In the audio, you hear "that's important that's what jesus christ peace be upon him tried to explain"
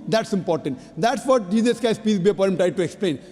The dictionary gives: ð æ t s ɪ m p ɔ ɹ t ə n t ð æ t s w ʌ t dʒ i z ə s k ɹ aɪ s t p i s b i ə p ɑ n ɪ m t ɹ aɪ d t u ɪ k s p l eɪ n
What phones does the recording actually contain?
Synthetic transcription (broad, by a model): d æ t s ɪ m p ɔ ɹ t ə n t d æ t s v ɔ t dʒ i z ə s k aɪ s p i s b i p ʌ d ɪ m t ɹ aɪ d t u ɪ k s p l eɪ n